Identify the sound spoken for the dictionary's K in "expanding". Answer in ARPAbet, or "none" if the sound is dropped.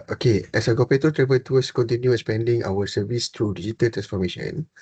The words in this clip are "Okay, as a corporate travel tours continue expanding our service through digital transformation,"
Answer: none